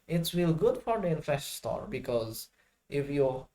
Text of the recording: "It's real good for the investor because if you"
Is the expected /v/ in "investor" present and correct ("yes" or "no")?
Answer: no